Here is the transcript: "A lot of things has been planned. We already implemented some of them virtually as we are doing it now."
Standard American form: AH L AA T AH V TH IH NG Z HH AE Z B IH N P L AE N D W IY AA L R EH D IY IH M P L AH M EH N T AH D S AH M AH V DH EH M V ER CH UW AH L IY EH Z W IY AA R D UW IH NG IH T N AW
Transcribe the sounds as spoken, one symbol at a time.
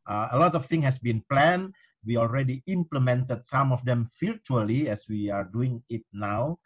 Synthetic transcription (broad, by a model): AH L AA T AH F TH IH NG HH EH S B IH N P L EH N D W IY AA L R EH D IY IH M P L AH M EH N T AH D S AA M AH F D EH M F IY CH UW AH L IY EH S W IY AA R D UW IH NG IH T N AW